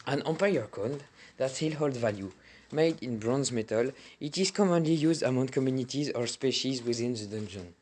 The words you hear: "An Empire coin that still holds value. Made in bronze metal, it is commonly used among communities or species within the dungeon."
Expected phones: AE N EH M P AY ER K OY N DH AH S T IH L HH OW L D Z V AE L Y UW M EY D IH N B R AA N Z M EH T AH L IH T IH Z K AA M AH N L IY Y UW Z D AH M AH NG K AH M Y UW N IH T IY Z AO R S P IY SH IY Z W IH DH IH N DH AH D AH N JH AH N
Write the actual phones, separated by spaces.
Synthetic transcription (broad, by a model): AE N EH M P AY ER K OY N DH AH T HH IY L HH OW L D V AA L Y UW M EY D IH N B R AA N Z M EH T AH L IH T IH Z K AA M AH N L IY Y UW Z D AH M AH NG K AH M Y UW N IH T IY Z AO R S P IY SH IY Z W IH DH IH N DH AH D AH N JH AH N